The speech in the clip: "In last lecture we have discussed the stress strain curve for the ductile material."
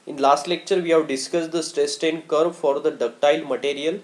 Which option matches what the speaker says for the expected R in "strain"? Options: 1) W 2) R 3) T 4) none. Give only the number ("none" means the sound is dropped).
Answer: 4